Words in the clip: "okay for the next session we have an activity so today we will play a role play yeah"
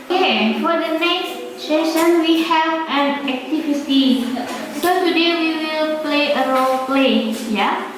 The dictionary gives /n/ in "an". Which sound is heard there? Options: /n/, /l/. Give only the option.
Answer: /n/